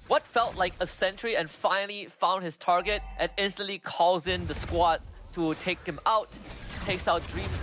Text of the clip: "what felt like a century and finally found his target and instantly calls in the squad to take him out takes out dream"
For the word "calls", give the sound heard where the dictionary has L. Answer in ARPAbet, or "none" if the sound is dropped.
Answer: none